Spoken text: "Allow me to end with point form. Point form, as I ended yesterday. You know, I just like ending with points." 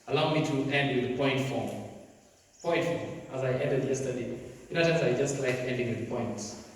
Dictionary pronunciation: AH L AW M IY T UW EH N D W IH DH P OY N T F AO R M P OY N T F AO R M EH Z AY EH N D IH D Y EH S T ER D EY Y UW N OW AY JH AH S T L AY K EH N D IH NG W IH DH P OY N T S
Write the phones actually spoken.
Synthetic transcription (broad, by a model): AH L AW M IY T UW EH N D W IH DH P OY N T F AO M P OY N T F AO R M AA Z AY EH N D IH D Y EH S T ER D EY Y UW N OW AY JH AH S T L AY K EH N D IH NG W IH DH P OY N T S